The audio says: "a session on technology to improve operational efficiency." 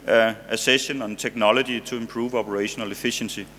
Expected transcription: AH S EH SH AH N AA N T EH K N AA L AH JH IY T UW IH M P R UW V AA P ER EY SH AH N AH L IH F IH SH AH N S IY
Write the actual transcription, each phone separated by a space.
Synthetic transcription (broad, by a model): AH S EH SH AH N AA N S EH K N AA L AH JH IY S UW IH M P R UW V AA P ER EY SH AH N AH L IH F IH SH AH N S IY